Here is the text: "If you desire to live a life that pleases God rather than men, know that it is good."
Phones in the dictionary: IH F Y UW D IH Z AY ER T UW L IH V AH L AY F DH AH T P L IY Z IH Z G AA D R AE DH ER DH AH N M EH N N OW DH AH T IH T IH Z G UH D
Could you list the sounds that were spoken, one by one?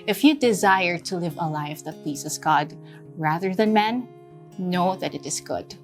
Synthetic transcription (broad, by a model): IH F Y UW D IH Z AY ER T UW L IH V AH L AY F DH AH T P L IY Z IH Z G AA D R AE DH ER DH AH N M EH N N OW DH AH T IH T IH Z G UH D